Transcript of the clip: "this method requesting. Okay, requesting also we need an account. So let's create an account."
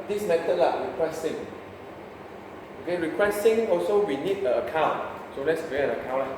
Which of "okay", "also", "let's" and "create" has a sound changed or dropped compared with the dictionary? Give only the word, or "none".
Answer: create